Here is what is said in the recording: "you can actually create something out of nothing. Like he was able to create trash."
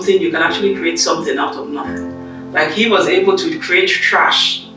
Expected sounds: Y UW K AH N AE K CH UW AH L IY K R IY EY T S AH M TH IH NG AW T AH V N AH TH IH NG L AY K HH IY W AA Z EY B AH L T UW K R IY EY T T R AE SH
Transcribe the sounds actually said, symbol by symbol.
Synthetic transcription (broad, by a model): Y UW K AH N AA K CH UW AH L IY K R IY EY T S AH M TH IH NG AW T AH V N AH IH L AY K HH IY W AA Z EY B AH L T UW K R IY EY T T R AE SH